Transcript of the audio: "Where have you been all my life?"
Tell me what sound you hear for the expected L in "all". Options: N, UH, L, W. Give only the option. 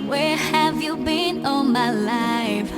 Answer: N